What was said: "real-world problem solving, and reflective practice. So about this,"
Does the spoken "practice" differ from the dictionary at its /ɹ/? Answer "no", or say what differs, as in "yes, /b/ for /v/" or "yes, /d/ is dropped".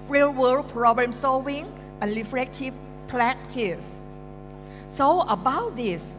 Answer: yes, /l/ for /ɹ/